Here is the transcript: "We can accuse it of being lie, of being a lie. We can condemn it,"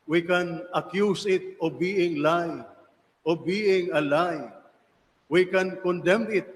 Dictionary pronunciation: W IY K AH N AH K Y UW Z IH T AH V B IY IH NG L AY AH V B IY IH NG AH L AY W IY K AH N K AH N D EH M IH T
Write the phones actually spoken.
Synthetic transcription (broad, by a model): W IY K AH N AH K Y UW S IH T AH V B IY IH NG L AY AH B IY IH NG AH L AY W IY K AH N K AH N D EH M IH T